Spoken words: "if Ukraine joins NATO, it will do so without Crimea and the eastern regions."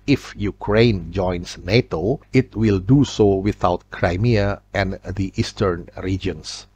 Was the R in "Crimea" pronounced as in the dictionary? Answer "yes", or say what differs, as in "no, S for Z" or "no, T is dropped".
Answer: yes